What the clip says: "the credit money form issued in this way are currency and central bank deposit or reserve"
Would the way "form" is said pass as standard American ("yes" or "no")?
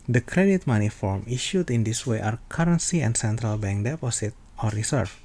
yes